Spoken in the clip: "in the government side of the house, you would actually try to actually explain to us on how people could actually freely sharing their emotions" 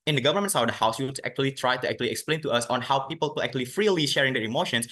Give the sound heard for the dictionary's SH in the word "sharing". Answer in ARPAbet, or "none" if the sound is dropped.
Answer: SH